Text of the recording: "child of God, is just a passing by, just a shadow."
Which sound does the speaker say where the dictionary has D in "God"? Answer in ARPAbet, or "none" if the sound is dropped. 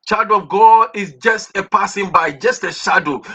none